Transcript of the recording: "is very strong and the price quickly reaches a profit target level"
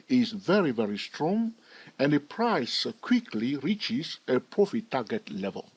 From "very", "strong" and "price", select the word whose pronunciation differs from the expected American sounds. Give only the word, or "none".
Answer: none